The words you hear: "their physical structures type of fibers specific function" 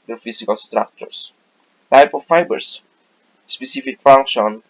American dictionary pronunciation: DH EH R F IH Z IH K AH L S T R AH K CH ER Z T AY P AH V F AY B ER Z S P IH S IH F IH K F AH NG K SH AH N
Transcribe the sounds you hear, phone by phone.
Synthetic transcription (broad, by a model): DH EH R F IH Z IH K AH L S T R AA K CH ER S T AY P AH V F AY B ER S S P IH S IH F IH K F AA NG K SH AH N